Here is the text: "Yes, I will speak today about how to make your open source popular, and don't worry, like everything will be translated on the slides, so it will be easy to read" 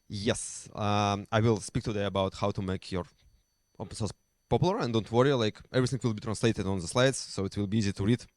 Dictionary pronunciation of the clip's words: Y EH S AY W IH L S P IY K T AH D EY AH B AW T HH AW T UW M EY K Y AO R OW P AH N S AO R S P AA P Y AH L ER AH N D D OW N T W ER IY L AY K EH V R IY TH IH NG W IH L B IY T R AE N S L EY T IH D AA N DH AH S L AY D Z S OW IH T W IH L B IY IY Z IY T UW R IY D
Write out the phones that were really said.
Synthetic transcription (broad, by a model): Y EH S AY W IH L S P IY K T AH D EY AH B AW T HH AW T UW M EY K Y AO R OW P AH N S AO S P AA P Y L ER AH N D D OW N T W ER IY L AY K EH V R IY TH IH NG W IH L B IY T R AE N S L EY T IH D AA N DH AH S L AY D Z S OW IH T W IH L B IY IY Z IY T UW R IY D